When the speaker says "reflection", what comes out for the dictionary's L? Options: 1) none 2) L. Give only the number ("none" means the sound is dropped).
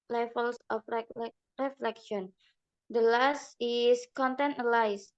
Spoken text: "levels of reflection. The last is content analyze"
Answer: 2